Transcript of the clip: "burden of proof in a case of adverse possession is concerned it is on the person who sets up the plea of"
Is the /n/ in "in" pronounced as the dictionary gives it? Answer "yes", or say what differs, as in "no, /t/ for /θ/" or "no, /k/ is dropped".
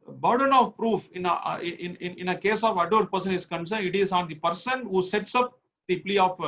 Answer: yes